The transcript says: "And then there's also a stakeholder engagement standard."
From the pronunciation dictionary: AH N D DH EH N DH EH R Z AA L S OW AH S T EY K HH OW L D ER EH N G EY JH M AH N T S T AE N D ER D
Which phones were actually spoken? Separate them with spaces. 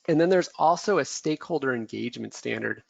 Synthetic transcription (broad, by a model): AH N DH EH N DH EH R Z AA L S OW AH S T EY K HH OW L D ER EH N G EY JH M AH N T S T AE N D ER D